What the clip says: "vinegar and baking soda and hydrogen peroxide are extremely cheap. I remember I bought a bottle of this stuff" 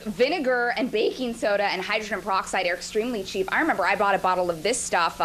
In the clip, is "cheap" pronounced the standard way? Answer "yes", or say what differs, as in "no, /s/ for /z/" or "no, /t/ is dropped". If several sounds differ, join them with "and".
yes